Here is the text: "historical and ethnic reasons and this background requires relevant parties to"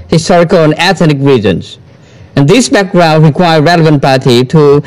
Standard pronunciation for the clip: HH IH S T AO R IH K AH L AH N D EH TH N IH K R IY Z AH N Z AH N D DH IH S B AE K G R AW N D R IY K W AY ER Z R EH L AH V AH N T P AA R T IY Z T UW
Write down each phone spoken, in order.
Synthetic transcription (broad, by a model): HH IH S T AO R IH K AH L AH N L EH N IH K R IY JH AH N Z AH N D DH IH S B AE K G R AW N D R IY K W AY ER R EH L AH V AH N T P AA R T IY T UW